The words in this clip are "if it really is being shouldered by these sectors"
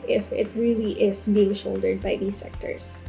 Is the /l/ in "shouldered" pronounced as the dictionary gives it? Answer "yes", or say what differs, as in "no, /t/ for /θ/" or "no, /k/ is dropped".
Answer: yes